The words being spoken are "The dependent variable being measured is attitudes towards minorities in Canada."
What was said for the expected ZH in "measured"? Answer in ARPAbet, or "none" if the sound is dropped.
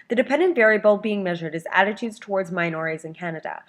ZH